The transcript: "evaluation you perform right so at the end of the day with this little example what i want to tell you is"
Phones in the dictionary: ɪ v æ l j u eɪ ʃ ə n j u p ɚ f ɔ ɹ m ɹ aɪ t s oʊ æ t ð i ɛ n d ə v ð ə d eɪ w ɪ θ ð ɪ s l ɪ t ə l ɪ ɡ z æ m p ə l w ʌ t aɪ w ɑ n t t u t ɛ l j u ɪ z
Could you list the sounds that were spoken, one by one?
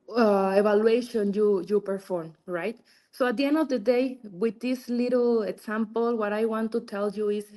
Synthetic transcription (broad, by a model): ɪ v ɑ l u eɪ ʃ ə n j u p ɚ f ɔ ɹ m ɹ aɪ t s oʊ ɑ t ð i ɛ n d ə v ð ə d eɪ w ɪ ð ɪ s l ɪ t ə l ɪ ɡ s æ m p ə l w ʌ t aɪ w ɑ n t t u t ɛ l j u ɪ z